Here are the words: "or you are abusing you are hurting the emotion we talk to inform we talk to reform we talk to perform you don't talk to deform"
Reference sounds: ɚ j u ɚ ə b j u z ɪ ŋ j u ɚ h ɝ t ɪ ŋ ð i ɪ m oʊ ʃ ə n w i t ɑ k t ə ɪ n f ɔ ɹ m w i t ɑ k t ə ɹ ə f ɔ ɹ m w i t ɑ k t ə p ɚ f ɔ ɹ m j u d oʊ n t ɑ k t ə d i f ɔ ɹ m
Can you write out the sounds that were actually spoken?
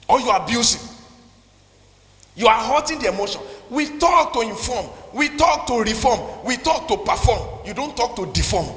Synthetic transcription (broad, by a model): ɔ j u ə b j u s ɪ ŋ j u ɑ h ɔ t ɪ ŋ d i ɪ m oʊ ʃ ə n w i t ɑ k t ə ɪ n f ɔ m w i t ɑ k t ə ɹ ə f ɔ m w i t ɑ k t ə p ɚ f ɔ m j u d oʊ n t ɑ k t ə d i f ɔ m